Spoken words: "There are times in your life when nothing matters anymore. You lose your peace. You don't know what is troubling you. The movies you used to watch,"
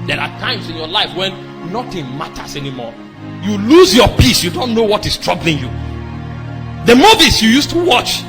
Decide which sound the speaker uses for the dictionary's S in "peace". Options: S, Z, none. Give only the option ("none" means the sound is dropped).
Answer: S